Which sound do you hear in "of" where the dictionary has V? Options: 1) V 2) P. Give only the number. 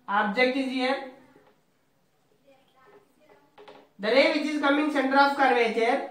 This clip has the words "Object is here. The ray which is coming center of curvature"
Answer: 2